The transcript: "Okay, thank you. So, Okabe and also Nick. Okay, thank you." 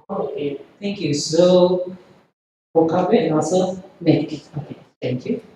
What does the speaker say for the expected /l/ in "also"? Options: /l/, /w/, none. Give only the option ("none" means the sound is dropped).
none